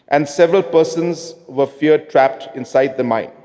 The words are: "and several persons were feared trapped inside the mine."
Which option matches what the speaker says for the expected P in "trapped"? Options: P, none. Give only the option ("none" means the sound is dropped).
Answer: P